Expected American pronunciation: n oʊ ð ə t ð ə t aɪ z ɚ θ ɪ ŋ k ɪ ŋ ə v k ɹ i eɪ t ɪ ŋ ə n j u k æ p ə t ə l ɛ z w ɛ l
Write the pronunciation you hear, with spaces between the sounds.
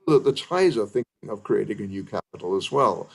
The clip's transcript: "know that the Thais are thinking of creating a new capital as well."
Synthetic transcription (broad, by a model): ð ə t ð ə t aɪ z ɚ θ ɪ ŋ k ɪ ŋ ə v k ɹ i eɪ t ɪ ŋ ə n j u k æ p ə t l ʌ z w ɛ l